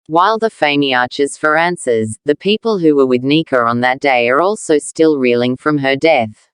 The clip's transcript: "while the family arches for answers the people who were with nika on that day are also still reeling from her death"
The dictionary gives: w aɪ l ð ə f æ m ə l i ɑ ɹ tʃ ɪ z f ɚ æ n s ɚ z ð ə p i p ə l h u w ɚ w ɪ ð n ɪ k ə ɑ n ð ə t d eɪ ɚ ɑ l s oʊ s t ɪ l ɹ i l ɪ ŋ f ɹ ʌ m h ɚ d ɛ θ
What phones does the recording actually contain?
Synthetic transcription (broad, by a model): w aɪ l ð ə f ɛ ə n i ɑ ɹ tʃ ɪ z f ɚ æ n s ɚ z ð ə p i p ə l h u w ɚ w ɪ ð n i k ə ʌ n ð ə t d eɪ ɚ ɑ l s oʊ s t ɪ l ɹ i l ɪ ŋ f ɹ ʌ m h ɚ d ɛ θ